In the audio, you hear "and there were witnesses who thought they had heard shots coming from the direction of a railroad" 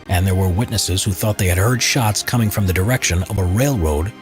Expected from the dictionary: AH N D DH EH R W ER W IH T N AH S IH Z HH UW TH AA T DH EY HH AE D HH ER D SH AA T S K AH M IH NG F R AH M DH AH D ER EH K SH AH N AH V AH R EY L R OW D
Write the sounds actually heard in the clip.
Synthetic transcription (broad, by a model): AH N DH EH R W ER W IH T N AH S IH Z HH UW TH AA T DH EY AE D HH ER D SH AA T S K AH M IH NG F R AH M DH AH D ER EH K SH AH N AH V AH R EY L R OW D